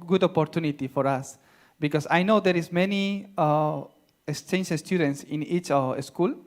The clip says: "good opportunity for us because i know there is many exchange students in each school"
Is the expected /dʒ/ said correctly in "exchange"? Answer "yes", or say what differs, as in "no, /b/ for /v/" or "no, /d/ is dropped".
no, /ʃ/ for /dʒ/